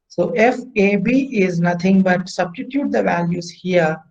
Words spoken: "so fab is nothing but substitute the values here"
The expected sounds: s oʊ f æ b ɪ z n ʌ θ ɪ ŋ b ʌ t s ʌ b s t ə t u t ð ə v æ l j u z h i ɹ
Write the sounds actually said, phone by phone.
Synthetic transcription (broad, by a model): s oʊ f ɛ b ɪ z n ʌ t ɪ ŋ b ʌ t s ʌ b s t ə t u t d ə v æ l j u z h i ɹ